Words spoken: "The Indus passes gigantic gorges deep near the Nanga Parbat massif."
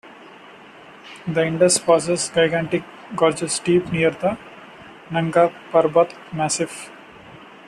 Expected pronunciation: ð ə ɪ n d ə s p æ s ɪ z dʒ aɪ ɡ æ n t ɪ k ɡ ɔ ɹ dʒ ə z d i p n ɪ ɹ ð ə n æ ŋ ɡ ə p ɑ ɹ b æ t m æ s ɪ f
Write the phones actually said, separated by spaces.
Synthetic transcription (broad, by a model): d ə ɪ n d ə s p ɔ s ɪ s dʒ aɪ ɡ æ n t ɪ k ɡ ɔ ɹ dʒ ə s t i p n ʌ ɹ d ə n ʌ ŋ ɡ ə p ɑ ɹ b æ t m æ s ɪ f